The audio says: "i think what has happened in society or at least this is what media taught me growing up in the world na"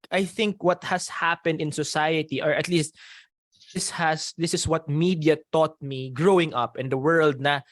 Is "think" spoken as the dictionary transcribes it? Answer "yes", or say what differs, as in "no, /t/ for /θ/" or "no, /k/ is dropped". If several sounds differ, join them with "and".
yes